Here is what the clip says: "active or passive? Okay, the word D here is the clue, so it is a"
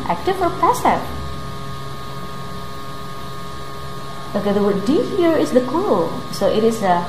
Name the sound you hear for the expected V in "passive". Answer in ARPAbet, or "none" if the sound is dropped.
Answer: none